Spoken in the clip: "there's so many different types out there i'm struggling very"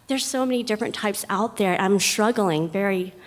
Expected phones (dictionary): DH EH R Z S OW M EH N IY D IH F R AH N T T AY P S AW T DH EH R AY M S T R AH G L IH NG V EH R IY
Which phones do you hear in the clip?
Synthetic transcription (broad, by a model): DH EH R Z S OW M EH N IY D IH F R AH N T T AY P S AW T DH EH R AY M S T R AH G L IH NG V EH R IY